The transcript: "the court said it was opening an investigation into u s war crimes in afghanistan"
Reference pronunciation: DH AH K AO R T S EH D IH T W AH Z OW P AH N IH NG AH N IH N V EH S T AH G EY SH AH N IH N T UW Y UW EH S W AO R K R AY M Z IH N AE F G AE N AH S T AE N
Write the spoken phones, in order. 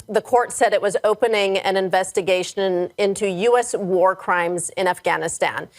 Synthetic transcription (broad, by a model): DH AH K AO R T S EH D IH T W AH Z OW P AH N IH NG AH N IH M V EH S T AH G EY SH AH N IH N T UW Y UW EH S W AO R K R AY M Z IH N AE F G AE N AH S T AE N